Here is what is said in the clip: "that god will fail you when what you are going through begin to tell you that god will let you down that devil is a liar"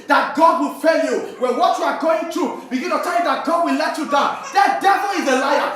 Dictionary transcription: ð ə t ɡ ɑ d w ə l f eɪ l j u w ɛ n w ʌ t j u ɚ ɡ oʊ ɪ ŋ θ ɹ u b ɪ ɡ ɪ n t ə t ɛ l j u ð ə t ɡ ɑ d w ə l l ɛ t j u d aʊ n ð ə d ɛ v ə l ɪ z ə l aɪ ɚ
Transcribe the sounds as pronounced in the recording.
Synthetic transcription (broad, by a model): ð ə t ɡ ɑ d w ə l f eɪ l j u w ɛ n w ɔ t j u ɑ ɡ oʊ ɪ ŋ t ɹ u b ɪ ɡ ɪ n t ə t ɛ l j u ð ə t ɡ ɑ d w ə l l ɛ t j u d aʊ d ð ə d ɛ v ə l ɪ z ə l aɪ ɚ